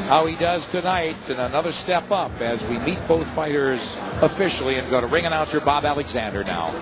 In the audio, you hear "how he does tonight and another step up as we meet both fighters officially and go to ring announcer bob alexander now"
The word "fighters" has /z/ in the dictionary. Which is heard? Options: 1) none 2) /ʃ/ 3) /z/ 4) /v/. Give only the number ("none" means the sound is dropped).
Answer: 3